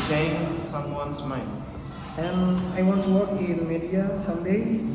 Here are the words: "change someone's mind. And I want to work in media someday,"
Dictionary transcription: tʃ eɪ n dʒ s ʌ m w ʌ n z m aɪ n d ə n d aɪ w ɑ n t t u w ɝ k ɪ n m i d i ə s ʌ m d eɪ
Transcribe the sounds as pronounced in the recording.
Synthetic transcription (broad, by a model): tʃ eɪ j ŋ s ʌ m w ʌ n s m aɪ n ə n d aɪ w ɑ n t t u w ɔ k ɪ n m i d i ə s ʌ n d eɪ